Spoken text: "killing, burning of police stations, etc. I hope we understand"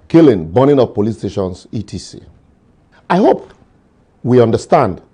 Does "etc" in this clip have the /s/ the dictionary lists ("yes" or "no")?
no